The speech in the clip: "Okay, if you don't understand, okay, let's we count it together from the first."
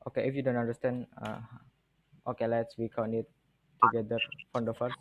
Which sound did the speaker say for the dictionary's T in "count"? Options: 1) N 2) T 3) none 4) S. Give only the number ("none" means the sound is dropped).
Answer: 3